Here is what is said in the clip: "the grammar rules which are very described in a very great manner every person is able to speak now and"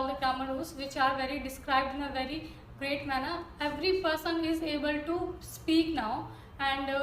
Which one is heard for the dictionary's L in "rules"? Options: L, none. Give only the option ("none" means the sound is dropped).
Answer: none